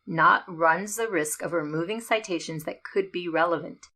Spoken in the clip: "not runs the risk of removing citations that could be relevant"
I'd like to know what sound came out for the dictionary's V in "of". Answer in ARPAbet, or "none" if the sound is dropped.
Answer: V